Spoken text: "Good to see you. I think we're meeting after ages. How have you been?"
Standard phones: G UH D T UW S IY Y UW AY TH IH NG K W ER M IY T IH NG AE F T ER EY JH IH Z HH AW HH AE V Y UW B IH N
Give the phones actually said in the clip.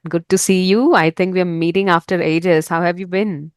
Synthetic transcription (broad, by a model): G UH D T UW S IY Y UW AY T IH NG K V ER M IY T IH NG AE F T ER EY JH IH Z HH AW HH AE V Y UW B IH N